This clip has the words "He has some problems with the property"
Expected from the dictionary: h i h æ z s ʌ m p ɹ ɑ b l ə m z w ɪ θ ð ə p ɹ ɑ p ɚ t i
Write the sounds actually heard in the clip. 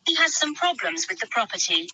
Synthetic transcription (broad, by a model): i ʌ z s ʌ m p ɹ ɑ b l ə m z w ɪ ð ə p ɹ ɑ p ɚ t i